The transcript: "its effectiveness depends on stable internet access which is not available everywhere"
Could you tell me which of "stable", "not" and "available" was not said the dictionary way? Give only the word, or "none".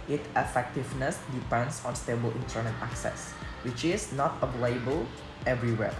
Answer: available